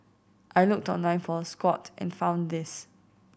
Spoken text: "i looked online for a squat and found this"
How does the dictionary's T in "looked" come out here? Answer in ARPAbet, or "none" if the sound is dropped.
T